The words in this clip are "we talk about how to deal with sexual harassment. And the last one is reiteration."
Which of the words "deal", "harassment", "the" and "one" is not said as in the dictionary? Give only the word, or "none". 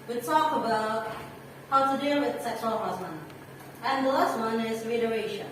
harassment